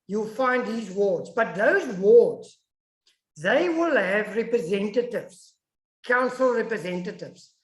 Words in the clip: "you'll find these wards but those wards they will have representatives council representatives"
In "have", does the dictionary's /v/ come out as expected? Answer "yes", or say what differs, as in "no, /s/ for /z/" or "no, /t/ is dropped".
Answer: yes